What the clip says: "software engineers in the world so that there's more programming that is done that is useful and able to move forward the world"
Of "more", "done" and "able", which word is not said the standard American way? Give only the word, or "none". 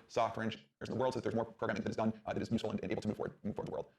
able